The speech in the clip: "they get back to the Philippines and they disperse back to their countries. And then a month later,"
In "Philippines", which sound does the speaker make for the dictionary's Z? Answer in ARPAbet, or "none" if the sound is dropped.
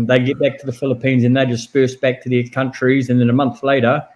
Z